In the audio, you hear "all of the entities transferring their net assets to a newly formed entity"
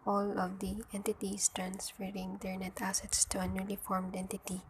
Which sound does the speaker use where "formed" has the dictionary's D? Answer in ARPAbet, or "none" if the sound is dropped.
D